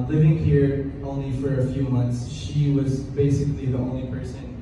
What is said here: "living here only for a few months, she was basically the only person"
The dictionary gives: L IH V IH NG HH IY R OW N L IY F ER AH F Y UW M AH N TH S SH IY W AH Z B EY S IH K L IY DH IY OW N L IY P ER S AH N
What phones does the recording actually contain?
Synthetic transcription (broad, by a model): L IH V IH NG HH IY R OW N L IY F ER AH F Y UW M AH N TH S SH IY W AH Z B EY S IH K L IY DH IY OW N L IY P ER S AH N